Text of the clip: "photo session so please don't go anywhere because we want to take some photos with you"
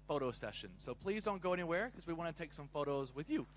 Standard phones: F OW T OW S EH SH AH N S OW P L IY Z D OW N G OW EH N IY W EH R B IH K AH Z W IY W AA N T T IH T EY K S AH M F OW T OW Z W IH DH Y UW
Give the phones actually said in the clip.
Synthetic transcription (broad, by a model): F OW T OW S EH SH AH N S OW P L IY Z D OW N G OW EH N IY W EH R K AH Z W IY W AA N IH T EY K S AH M F OW T OW Z W IH DH Y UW